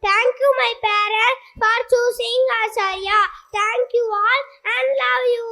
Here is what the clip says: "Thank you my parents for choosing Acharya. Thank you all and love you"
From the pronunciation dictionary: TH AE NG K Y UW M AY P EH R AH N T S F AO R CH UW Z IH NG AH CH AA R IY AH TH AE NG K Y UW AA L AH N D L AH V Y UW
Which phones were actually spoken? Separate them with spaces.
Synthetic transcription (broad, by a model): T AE NG K Y UW M AY P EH R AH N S F AO R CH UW S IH NG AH S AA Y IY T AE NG K Y UW AA L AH N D L AH V Y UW